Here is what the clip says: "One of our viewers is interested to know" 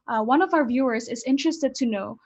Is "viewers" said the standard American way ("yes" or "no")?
yes